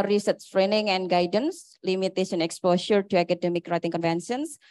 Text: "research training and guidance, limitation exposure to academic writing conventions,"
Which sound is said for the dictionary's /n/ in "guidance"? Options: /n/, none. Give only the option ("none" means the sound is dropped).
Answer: /n/